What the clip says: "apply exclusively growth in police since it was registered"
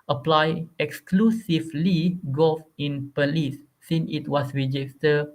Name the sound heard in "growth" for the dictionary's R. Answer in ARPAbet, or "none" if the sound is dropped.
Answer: none